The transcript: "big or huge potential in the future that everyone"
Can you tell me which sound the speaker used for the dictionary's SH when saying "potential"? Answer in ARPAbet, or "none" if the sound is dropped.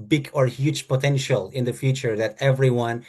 SH